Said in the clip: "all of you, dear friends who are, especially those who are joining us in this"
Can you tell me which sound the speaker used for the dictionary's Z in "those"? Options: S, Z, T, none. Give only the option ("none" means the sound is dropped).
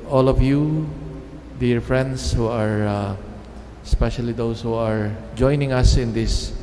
S